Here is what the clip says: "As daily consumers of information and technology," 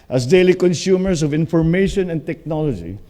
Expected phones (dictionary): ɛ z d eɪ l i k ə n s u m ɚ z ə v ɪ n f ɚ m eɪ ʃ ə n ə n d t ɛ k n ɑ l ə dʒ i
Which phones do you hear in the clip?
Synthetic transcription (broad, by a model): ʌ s d eɪ l i k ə n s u m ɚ s ə v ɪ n f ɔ m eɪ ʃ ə n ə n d t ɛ k n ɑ l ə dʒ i